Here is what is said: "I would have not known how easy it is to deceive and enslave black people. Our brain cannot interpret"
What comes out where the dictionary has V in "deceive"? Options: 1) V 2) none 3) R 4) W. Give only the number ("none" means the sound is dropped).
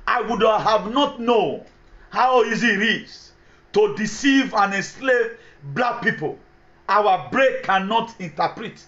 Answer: 1